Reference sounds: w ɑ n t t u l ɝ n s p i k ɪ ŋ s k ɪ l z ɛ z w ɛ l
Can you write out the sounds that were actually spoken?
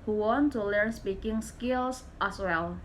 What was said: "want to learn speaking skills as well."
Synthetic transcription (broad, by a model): w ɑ n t t u l ɝ n s p i k ɪ ŋ s k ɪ l s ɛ s w ɛ l